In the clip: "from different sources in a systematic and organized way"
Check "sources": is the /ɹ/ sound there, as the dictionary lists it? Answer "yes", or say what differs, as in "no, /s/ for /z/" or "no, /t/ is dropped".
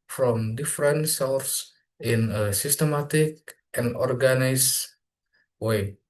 no, /l/ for /ɹ/